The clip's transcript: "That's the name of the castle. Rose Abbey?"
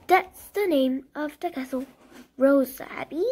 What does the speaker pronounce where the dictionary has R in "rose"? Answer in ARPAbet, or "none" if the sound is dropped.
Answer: R